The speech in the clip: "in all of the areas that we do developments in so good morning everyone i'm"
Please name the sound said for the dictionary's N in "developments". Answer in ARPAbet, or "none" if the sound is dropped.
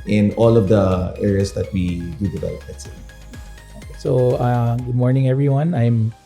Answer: none